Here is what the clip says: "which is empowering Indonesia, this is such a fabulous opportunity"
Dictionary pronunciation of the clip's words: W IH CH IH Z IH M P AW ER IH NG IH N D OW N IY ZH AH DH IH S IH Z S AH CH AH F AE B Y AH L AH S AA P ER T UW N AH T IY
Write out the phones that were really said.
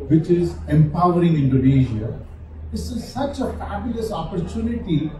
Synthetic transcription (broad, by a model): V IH CH IH Z IH M P AW ER IH NG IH N D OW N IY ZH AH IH IH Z S AH CH AH F AE B Y AH L AH S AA P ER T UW N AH T IY